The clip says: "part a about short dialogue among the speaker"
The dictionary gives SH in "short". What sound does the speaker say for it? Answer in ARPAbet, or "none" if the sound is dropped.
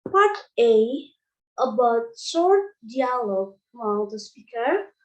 S